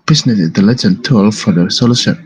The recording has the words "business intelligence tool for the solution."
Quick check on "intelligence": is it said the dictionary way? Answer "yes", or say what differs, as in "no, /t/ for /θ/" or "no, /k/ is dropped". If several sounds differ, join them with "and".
no, /s/ is dropped